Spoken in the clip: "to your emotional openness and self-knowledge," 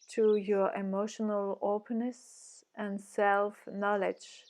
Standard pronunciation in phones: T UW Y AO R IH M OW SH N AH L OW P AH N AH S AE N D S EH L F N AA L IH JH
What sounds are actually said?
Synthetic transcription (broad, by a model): T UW Y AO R IH M OW SH N AH L OW P AH N AH S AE N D S EH L F N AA L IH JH